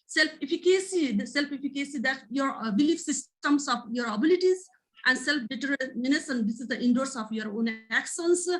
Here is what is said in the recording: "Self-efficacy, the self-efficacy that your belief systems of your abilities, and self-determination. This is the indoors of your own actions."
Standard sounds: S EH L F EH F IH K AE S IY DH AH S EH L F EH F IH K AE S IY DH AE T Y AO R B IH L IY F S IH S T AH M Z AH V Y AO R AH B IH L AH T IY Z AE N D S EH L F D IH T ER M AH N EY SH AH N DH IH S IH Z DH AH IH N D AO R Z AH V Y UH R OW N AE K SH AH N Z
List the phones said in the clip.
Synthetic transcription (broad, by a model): S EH L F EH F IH K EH S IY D S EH L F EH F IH K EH S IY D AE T Y AO R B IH L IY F S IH S T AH M S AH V Y AO R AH B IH L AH T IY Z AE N D S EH L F D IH T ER M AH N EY S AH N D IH S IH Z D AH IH N D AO R S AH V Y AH R OW N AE K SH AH N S